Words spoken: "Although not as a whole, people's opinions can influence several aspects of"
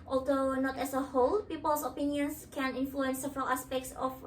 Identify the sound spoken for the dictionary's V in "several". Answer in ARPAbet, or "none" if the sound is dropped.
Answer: V